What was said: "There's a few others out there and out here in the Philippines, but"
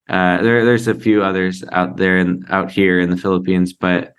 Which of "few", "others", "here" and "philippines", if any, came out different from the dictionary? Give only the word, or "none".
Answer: none